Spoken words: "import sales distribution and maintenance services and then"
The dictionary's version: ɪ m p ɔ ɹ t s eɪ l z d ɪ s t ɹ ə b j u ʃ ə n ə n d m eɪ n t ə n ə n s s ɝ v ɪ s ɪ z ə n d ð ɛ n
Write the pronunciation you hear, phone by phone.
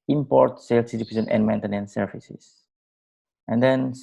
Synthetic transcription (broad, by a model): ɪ m p ɔ ɹ t s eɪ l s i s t ə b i s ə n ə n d m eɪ n t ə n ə n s s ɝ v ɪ s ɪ s ə n d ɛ n